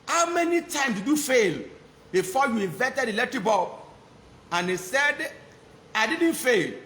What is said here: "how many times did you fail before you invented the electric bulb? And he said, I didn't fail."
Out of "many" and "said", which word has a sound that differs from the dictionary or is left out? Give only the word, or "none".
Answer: none